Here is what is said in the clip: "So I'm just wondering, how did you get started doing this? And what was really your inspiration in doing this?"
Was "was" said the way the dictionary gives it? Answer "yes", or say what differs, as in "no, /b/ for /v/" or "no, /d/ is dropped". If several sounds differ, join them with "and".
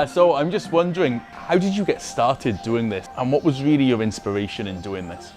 yes